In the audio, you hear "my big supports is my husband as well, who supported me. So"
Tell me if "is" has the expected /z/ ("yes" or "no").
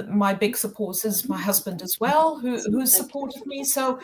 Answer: yes